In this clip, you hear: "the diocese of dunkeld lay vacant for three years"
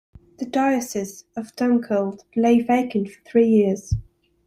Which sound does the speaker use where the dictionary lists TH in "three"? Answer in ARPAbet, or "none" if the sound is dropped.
TH